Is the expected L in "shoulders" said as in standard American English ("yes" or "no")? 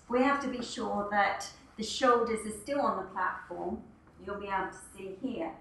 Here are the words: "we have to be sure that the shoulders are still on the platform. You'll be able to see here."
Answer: no